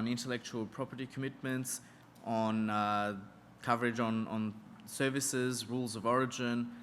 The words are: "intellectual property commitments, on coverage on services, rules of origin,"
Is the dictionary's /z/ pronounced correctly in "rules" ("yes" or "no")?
yes